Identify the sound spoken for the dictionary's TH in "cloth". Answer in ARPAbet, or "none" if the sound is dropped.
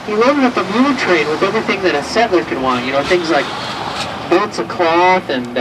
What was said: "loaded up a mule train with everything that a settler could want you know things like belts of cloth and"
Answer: TH